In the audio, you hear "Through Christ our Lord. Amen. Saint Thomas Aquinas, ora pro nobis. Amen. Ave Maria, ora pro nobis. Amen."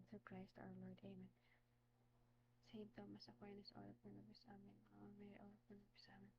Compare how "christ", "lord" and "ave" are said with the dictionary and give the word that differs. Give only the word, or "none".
ave